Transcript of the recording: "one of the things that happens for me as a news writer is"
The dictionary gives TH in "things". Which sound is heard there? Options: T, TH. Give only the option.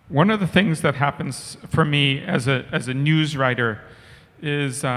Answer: TH